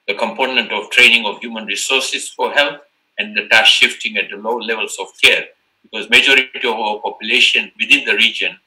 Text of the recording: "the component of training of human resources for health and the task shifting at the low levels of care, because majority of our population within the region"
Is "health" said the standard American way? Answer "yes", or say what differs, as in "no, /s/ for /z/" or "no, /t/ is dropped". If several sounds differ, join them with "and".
no, /t/ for /θ/